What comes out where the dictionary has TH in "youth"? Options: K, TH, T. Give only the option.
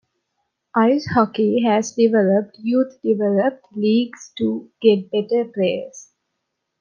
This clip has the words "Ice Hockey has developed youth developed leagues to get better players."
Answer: T